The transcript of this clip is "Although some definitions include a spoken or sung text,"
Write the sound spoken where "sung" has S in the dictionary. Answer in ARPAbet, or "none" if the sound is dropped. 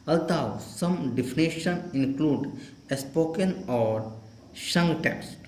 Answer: SH